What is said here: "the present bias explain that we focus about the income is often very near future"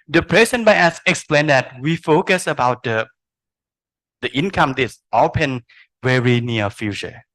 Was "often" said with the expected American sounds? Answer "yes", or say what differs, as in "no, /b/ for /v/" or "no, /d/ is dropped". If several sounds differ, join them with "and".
no, /p/ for /f/